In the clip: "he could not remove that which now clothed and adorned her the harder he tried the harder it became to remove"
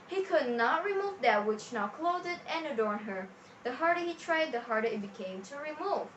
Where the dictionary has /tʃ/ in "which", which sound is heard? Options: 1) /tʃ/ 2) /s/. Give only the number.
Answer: 1